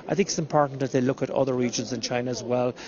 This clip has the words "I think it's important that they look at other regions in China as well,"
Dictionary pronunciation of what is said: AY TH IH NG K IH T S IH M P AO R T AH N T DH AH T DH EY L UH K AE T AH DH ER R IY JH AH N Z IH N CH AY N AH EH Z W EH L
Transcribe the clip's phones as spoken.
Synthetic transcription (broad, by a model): AY TH IH NG K IH T S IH M P AO R T N DH AH T DH EY L UH K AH T AH DH ER R IY JH AH N Z IH N CH AY N AH Z W EH L